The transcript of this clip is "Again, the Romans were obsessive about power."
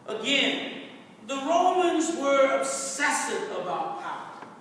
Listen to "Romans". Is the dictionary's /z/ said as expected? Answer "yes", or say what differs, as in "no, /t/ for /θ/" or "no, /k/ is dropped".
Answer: yes